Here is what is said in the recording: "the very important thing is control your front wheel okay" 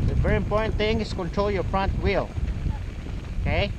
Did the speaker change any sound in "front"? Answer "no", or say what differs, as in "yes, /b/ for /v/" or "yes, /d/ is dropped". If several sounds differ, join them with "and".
yes, /p/ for /f/